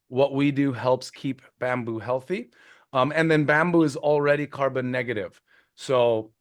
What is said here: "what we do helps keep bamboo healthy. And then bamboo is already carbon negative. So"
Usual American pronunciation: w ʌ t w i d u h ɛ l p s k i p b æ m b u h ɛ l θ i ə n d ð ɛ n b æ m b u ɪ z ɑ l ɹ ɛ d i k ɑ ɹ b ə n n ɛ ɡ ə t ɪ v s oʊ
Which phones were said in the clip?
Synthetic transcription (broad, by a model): w ʌ t w i d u h ɛ l p s k i p b æ m b u h ɛ l θ i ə n ð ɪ n b æ m b u ɪ z l ɹ ɛ d i k ɑ ɹ b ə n n ɛ ɡ ə t ɪ v s oʊ